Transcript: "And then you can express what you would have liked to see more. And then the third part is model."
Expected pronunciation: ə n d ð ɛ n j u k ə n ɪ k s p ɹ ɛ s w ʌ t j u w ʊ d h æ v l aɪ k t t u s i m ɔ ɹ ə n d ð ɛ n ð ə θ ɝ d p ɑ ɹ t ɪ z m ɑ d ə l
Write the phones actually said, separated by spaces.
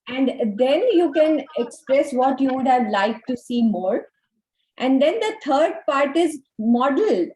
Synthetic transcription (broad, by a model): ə n d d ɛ n j u k ə n ɪ k s p ɹ ɛ s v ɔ t j u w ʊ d h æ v l aɪ k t t u s i m ɔ ɹ ə n d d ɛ n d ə t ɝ d p ɑ ɹ t ɪ z m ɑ d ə l